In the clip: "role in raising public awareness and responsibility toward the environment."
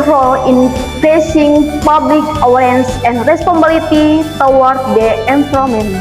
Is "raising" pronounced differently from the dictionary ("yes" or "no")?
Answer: yes